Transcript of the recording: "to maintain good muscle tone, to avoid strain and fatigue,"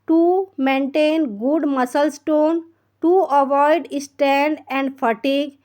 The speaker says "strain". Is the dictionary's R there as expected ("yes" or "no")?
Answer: no